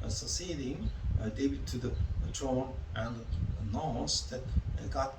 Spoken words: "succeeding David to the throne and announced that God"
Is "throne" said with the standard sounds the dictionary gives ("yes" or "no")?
no